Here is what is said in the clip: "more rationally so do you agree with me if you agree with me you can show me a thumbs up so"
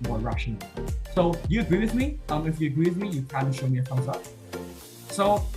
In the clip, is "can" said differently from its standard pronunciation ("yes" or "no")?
yes